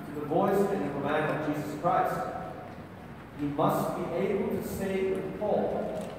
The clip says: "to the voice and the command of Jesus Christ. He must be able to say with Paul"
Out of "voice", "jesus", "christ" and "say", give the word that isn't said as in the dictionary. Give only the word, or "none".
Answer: none